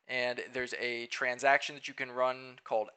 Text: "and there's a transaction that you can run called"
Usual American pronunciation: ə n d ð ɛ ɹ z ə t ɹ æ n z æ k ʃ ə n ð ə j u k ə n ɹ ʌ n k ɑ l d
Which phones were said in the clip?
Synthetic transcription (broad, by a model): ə n ð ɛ ɹ z ə t ɹ æ n z æ k ʃ ə n ð ə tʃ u k ə n ɹ ʌ n k ɑ l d